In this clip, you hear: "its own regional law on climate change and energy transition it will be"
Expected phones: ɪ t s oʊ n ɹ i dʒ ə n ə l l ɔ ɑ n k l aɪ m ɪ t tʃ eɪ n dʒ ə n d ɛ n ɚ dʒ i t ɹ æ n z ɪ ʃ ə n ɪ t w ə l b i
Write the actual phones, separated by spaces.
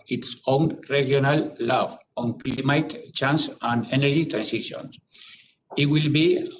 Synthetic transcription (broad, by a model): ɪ t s oʊ n ɹ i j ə n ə l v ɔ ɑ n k l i m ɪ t tʃ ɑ n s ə n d ɛ n ɚ dʒ i t ɹ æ n s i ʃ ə n ɪ t w ə l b i